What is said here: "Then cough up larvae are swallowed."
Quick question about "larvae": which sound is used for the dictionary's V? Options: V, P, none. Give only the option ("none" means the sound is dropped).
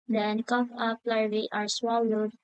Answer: none